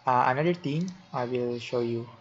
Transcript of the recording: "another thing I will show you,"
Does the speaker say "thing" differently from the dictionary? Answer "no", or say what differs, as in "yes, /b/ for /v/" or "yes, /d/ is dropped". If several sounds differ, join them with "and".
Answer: yes, /t/ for /θ/